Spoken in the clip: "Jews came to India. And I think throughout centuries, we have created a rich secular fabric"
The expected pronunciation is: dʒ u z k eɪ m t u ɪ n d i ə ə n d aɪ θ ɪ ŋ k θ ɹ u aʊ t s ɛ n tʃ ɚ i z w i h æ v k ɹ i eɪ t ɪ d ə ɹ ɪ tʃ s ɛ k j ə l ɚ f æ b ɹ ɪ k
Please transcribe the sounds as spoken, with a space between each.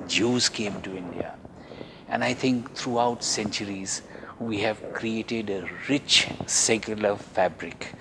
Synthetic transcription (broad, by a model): dʒ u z k eɪ m t u ɪ n d i ə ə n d aɪ t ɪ ŋ k t ɹ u aʊ t s ɛ n tʃ ɚ i z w i h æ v k ɹ i eɪ t ɪ d ə ɹ ɪ tʃ s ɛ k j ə l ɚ f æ b ɹ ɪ k